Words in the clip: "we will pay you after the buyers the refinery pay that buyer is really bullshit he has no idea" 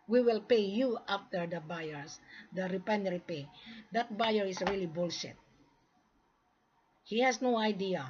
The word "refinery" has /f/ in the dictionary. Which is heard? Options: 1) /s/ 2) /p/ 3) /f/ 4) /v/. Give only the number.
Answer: 2